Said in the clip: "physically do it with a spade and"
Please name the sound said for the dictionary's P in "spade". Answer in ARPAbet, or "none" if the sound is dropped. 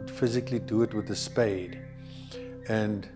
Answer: P